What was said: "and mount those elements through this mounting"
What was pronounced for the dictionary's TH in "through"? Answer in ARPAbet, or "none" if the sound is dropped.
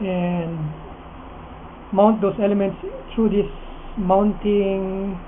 T